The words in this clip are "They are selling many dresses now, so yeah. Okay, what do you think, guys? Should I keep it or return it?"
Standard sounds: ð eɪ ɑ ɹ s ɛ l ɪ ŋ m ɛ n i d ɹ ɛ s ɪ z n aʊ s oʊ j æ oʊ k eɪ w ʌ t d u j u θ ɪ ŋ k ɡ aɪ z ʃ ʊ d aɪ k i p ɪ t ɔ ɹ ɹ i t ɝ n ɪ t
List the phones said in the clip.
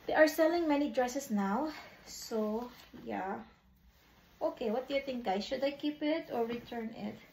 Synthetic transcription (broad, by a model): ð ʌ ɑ ɹ s ɛ l ɪ ŋ m ɛ n i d ɹ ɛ s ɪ s n aʊ s oʊ j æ oʊ k eɪ w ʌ t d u j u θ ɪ ŋ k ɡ aɪ ʃ ʊ d aɪ k i p ɪ t ɔ ɹ ɹ i t ɝ n ɪ t